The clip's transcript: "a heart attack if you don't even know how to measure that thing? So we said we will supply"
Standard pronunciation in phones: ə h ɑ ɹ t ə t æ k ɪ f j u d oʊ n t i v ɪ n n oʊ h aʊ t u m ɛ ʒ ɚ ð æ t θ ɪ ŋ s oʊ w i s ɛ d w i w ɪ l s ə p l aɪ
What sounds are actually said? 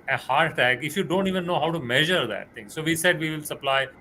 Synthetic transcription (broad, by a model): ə h ɑ ɹ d t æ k ɪ f j u d oʊ n t i v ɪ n n oʊ h aʊ t u m ɛ ʒ ɚ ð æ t t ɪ ŋ s oʊ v i s ɛ d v i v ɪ l s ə p l aɪ